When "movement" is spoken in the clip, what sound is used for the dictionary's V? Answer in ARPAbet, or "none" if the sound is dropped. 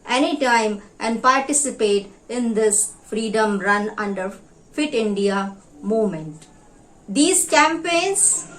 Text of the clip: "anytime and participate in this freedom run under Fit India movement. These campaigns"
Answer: none